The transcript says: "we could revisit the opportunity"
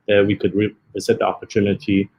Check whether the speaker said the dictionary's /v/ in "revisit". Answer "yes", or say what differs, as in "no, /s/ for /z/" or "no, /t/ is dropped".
no, /v/ is dropped